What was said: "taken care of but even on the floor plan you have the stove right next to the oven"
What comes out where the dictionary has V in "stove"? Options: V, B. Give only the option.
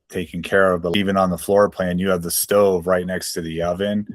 V